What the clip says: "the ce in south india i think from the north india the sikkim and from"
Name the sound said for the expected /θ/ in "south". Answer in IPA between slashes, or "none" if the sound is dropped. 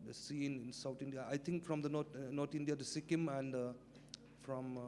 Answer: /t/